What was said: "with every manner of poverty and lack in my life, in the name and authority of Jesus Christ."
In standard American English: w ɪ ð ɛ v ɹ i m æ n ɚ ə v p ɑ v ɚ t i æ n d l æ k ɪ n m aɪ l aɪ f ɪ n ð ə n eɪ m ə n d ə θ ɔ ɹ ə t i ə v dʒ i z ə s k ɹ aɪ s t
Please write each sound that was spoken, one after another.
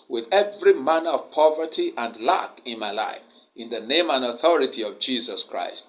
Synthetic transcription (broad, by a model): w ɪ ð ɛ v ɹ i m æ n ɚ ə v p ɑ v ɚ t i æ n d l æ k ɪ n m aɪ l aɪ f ɪ n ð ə n eɪ m ə n d ə θ ɔ ɹ ə t i ə v dʒ i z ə s k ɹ aɪ s t